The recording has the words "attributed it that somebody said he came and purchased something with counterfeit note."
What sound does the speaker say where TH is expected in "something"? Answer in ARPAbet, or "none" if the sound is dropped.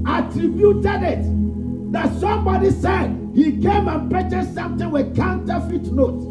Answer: T